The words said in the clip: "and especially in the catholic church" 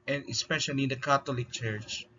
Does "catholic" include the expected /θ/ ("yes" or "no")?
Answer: no